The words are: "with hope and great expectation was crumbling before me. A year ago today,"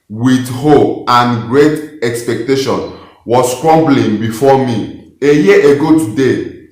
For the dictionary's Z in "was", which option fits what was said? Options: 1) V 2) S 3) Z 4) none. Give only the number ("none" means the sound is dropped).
2